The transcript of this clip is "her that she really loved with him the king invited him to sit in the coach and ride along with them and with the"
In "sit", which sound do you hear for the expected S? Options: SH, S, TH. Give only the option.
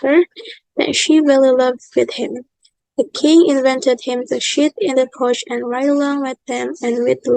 SH